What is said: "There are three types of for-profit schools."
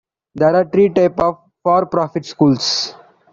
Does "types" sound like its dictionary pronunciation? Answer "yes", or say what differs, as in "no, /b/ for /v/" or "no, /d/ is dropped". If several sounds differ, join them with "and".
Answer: no, /s/ is dropped